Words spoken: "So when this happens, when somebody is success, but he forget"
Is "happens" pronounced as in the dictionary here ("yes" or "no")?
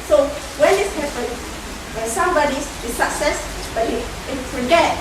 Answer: no